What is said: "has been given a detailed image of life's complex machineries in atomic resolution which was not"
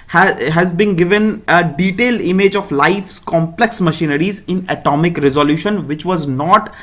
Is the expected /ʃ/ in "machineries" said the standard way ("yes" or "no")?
yes